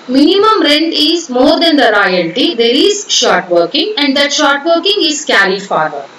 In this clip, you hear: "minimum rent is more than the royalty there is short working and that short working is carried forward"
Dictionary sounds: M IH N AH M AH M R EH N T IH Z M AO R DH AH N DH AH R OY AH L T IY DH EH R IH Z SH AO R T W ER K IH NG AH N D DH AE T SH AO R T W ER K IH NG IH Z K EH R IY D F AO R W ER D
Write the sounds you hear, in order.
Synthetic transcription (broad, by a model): M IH N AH M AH M R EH N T IH Z M AO R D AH N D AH R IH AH N T IY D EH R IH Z SH AO R T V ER K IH NG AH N D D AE T SH AO R T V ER K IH NG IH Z K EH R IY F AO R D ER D